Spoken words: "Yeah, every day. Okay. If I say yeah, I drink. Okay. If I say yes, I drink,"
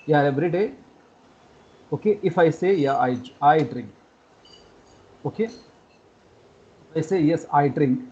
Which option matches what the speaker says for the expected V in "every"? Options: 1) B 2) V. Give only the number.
1